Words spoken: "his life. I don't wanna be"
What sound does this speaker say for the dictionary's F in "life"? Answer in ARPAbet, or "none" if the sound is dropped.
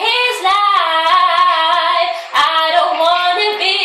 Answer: none